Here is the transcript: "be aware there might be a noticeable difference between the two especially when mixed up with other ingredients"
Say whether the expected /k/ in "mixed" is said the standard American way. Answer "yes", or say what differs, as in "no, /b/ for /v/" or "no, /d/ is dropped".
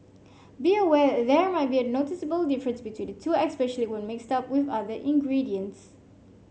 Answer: yes